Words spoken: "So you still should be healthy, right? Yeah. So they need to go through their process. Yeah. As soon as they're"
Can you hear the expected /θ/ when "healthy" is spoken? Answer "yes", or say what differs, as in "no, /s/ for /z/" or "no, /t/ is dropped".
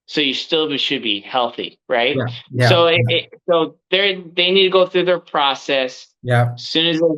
yes